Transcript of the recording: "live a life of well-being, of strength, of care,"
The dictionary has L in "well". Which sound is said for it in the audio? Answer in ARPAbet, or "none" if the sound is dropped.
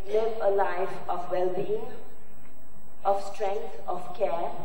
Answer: L